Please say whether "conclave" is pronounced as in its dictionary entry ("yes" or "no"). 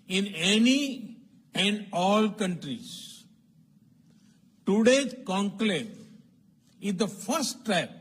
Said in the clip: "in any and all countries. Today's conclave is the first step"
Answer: no